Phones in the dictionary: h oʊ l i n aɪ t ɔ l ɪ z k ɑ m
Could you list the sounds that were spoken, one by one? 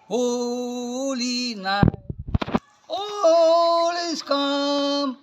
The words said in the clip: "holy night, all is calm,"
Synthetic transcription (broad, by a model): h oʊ l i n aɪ ɔ l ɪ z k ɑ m